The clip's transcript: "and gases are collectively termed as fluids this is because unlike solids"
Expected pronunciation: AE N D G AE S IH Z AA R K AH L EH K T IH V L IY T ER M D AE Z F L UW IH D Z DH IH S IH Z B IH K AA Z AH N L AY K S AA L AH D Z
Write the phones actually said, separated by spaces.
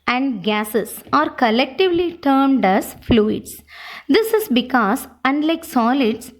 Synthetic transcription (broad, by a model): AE N D G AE S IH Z AA R K AH L EH K T IH V L IY T ER M D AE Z F L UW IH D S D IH S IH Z B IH K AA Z AH N L AY K S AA L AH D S